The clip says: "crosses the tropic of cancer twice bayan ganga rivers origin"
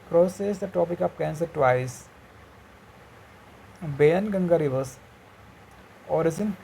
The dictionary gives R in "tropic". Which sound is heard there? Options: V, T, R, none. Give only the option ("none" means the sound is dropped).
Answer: none